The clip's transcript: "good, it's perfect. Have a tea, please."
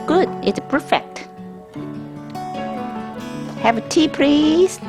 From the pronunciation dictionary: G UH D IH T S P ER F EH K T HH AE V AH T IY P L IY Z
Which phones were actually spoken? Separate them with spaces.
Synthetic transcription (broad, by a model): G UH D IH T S P ER F EH K T HH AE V AH T IY P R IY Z